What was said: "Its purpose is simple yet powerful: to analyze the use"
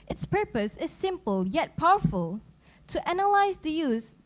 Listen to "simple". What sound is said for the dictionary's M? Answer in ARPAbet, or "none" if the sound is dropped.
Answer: M